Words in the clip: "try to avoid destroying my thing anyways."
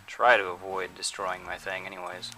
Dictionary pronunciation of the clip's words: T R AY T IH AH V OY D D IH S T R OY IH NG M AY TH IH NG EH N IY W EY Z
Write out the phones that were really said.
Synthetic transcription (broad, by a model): T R AY T IH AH V OY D D IH S T R OY IH NG M AY TH IH NG EH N IY W EY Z